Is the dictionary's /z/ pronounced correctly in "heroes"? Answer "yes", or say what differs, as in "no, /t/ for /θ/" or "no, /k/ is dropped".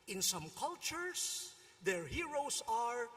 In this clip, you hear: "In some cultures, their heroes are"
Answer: no, /s/ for /z/